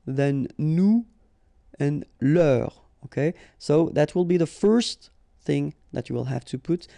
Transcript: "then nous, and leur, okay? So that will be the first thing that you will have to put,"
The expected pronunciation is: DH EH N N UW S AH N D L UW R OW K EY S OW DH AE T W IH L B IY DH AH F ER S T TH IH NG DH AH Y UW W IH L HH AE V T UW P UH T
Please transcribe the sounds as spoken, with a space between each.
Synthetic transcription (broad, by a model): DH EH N N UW AH N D L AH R OW K EY S OW DH AE T W IH L B IY DH AH F ER S T TH IH NG DH AH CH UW W IH L HH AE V T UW P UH T